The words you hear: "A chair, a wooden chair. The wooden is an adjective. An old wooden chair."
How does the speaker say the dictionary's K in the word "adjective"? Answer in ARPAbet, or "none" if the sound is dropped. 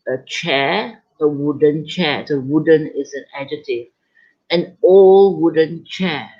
none